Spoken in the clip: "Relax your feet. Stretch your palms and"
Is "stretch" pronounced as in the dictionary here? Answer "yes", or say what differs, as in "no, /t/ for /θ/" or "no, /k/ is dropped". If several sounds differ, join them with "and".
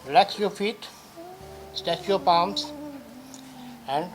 no, /ɹ/ is dropped